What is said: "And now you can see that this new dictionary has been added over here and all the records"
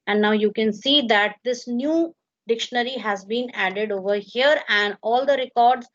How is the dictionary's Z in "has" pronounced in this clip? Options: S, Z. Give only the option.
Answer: Z